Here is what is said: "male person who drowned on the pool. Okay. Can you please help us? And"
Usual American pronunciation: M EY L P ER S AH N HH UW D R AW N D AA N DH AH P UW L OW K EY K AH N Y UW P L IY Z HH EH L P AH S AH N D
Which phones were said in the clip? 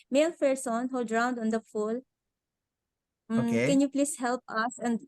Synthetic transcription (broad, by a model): M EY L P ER S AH N HH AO D R AW N D AA N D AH F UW L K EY K AH N Y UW P L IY S HH EH L P AH S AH N D